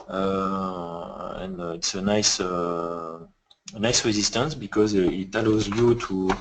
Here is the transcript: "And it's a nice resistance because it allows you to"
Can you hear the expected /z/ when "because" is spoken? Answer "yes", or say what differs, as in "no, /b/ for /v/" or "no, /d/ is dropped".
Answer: yes